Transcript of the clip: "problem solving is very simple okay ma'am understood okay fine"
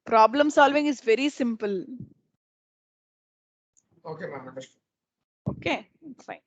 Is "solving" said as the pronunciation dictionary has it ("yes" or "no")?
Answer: yes